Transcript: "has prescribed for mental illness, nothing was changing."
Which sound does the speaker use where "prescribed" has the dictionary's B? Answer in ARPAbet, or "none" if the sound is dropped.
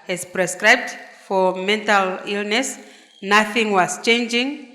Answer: B